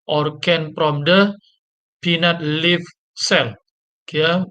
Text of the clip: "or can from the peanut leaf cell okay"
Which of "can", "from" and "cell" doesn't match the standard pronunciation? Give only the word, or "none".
from